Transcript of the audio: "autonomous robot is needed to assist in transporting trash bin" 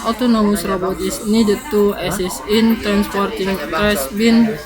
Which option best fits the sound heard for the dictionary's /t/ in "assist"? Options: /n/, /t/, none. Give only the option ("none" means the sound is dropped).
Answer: none